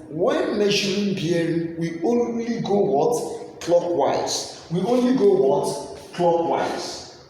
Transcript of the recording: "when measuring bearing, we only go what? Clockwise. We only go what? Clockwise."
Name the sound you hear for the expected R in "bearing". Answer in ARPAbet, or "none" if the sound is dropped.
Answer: none